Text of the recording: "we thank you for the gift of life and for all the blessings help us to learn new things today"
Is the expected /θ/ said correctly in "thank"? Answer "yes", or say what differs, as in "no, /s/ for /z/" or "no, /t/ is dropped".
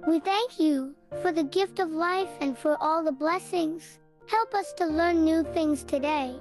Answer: yes